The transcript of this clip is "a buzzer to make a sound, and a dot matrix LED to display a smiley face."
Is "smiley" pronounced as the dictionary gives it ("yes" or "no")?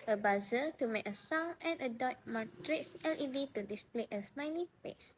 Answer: no